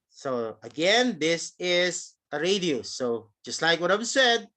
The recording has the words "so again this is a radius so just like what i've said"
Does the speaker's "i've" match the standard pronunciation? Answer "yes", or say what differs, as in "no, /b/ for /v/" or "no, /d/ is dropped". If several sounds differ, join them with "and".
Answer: no, /w/ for /v/